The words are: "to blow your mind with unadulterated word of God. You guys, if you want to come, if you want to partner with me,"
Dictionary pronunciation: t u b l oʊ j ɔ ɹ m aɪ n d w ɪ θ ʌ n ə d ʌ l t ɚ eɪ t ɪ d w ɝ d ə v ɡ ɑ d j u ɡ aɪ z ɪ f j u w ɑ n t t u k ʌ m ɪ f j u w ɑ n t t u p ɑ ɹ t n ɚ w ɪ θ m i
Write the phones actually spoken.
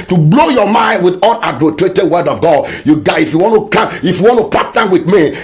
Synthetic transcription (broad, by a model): t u b l oʊ j ɔ m aɪ n d w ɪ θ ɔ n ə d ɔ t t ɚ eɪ t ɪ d w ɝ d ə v ɡ ɑ d j u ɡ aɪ ɪ f j u w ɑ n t t u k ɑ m ɪ f j u w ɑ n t t u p ɑ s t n w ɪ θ m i